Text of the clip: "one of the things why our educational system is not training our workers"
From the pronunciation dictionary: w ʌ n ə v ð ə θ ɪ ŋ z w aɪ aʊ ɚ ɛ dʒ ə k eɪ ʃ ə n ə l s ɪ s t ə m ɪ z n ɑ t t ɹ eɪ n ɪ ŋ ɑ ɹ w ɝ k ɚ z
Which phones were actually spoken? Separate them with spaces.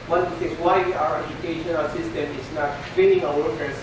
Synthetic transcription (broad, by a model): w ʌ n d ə s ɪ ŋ w aɪ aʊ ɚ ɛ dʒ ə k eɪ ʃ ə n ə l s ɪ s t ə m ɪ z n ɑ t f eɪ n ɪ ŋ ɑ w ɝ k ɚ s